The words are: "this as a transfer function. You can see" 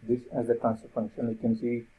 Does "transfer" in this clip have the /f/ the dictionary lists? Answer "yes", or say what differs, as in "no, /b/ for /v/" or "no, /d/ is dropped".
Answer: no, /f/ is dropped